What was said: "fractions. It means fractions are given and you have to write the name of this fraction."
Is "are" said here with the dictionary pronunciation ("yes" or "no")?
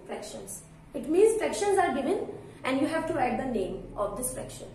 yes